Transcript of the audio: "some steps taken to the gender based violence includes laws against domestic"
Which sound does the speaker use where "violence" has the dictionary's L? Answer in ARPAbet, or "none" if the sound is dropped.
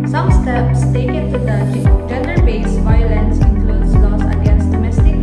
L